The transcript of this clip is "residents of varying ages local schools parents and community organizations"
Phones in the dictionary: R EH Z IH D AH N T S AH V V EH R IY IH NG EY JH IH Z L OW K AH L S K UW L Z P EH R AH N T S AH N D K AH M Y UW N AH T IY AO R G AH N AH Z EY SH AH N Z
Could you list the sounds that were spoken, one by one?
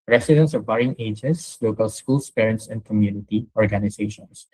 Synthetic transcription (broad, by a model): R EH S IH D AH N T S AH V B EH R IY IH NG EY JH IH S L OW K AH L S K UW L S P EH R AH N T S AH N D K AH M Y UW N AH T IY AO R G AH N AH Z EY SH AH N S